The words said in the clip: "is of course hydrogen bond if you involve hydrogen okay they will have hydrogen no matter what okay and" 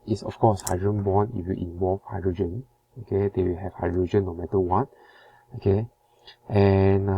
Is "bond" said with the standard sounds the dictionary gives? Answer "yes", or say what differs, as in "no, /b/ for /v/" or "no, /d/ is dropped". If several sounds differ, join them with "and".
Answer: no, /d/ is dropped